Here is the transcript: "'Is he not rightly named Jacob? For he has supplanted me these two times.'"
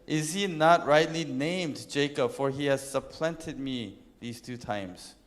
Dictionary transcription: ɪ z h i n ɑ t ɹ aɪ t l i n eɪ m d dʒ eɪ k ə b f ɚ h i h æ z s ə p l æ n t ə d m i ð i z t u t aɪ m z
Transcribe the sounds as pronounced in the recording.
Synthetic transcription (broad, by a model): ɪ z h i n ɑ t ɹ aɪ t l i n eɪ m d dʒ eɪ k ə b f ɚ h i h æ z s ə p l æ n t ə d m i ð i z t u t aɪ m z